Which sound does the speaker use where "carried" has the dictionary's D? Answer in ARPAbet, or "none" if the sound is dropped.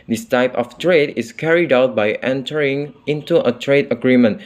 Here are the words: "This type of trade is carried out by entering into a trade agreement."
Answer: D